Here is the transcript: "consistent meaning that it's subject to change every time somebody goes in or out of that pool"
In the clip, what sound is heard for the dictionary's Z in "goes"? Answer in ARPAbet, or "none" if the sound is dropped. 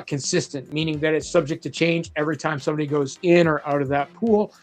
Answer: Z